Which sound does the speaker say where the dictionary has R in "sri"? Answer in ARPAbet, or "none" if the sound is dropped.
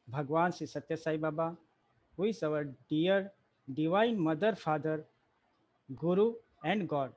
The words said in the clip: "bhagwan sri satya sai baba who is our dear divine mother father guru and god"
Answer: none